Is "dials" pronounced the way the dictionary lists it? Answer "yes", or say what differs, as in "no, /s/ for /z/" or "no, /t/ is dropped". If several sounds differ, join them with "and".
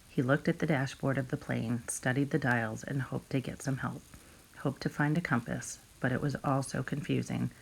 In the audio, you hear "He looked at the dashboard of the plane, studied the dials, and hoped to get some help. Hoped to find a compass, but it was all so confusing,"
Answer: yes